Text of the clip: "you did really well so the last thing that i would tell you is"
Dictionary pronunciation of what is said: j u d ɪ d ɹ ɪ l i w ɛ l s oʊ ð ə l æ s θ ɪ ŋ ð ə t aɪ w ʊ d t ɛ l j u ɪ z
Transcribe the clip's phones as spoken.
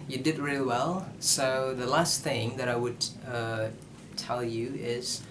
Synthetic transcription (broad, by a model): j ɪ d ɪ d ɹ ɪ l i w ɛ l s oʊ ð ə l æ s θ ɪ ŋ ð ə t aɪ w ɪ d t ɛ l j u ɪ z